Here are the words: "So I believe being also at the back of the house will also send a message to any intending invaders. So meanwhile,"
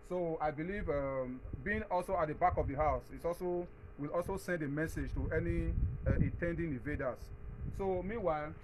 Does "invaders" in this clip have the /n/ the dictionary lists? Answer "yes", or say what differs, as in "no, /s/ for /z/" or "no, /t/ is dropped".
no, /n/ is dropped